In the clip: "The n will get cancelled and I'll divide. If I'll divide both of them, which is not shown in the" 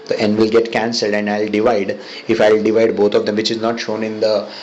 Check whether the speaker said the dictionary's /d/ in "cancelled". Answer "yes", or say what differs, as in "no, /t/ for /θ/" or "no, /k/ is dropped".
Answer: yes